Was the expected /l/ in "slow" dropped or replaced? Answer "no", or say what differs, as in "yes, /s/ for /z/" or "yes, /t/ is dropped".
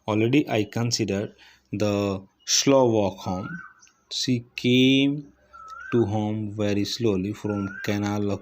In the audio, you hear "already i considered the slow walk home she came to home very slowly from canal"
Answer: no